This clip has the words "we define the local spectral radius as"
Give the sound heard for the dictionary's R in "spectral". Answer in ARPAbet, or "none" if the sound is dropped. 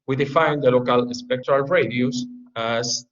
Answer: R